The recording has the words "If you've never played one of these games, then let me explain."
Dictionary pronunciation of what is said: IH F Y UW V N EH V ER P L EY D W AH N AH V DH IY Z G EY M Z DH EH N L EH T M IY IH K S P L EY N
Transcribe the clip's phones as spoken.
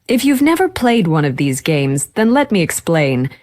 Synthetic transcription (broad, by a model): IH F Y UW V N EH V ER P L EY D W AH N AH V DH IY Z G EY M Z DH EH N L EH T M IY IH K S P L EY N